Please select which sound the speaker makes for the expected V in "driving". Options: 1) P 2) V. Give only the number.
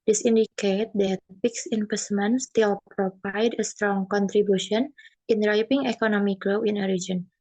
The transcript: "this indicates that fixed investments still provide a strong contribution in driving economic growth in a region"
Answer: 1